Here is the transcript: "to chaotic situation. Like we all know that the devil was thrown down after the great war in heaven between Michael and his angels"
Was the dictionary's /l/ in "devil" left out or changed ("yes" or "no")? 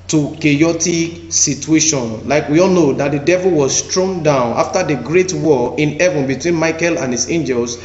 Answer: no